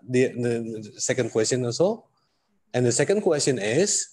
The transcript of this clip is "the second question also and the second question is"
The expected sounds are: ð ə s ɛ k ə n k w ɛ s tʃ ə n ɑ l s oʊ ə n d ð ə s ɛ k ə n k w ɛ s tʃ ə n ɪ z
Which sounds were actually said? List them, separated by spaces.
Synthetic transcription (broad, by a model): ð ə s ɛ k ə n k w ɛ s tʃ ə n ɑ s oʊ ə n d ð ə s ɛ k ə n k w ɛ s tʃ ə n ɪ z